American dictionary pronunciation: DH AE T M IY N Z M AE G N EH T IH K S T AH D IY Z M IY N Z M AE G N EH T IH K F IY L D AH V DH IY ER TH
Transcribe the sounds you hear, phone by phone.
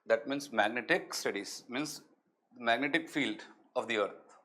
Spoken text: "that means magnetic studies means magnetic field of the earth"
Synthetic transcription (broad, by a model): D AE T M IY N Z M AE G N EH T IH K S T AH D IY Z M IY N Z M AE G N EH T IH K F IY L D AH V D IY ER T